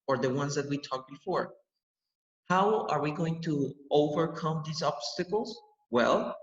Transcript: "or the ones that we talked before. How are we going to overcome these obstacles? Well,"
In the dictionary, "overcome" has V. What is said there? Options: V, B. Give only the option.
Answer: V